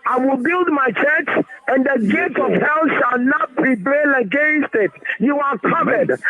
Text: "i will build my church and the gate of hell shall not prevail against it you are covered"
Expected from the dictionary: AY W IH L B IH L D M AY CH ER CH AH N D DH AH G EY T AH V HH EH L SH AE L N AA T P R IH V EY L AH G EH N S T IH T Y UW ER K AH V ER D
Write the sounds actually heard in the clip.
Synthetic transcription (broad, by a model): AY W IH L B IH L D M AY CH ER CH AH N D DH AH G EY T AH V HH EH L SH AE L N AA T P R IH B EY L AH G EH N S T IH T Y UW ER K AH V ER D